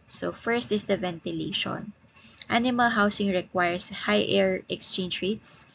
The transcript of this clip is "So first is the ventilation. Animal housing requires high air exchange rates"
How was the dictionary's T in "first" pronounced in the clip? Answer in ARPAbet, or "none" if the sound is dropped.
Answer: T